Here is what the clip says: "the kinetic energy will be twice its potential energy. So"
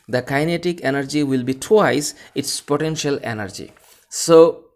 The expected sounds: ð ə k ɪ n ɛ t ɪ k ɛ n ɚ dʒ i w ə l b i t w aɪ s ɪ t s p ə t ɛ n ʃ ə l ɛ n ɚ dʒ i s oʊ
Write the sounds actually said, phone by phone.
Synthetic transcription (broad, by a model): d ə k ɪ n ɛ t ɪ k ɛ n ɚ dʒ i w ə l b i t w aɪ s ɪ t s p ə t ɛ n ʃ ə l ɛ n ɚ dʒ i s oʊ